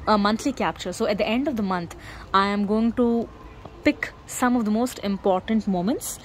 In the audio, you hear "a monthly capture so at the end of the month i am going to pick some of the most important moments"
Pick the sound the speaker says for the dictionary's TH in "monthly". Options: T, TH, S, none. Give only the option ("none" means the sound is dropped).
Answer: T